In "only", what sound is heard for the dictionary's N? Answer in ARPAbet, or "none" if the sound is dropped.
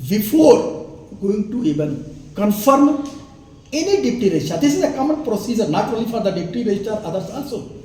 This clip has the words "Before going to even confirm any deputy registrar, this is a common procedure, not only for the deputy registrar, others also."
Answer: none